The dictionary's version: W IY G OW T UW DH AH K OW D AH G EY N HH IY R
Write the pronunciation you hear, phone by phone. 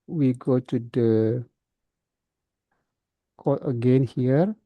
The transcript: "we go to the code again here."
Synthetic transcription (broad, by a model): W IY G OW T UW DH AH K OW AH G EY N HH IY R